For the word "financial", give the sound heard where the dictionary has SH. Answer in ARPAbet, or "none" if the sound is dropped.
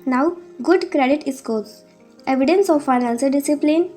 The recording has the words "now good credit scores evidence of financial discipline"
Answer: S